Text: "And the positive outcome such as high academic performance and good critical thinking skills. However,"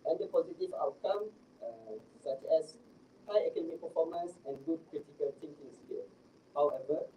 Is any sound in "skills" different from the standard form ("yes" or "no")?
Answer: yes